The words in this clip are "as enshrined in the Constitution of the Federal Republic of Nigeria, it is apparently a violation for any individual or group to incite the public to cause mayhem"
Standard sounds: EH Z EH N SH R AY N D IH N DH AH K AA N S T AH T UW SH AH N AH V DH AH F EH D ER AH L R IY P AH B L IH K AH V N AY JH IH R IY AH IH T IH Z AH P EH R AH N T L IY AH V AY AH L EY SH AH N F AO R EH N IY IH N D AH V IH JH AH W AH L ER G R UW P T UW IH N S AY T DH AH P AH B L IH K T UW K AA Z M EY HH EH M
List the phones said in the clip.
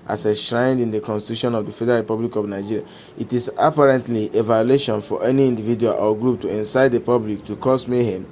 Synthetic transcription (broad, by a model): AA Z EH SH R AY N D IH N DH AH K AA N S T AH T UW SH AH N AH V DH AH F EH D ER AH R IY P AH B L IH K AH V N AY JH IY R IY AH IH T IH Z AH P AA R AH N T L IY AH V AY AH L EY SH AH N F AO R EH N IY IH N D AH V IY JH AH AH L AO G R UW P T UW IH N S AY T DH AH P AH B L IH K T UW K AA S M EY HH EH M